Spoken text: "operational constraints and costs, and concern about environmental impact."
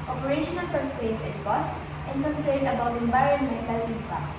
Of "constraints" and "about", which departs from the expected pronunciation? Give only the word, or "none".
constraints